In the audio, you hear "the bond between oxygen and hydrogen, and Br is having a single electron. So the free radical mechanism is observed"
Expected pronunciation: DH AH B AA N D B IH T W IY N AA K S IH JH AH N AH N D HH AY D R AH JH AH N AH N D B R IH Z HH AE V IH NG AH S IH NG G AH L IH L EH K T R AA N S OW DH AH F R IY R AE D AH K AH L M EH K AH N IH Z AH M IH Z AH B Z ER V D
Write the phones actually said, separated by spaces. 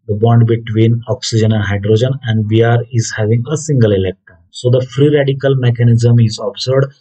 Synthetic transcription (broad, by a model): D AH B AA N D B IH T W IY N AA K S IH JH AH N AH N D HH AY D R AH JH AH N AH N D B R IH Z HH AE V IH NG AH S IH NG G AH L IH L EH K T AA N S OW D AH F R IY R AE D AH K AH L M EH K AH N IH Z AH M IH Z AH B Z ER D